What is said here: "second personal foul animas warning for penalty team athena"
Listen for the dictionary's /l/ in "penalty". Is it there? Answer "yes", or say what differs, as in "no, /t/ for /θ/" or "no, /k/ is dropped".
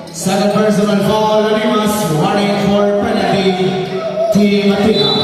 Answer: no, /l/ is dropped